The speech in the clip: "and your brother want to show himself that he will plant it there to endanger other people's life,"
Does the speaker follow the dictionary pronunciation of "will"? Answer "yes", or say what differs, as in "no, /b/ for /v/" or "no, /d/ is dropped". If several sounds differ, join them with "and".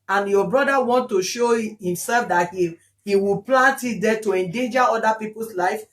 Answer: no, /w/ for /l/